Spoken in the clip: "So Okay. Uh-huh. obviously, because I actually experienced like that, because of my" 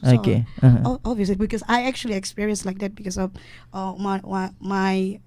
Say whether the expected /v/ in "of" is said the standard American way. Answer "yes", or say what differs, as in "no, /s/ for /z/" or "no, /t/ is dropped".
no, /w/ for /v/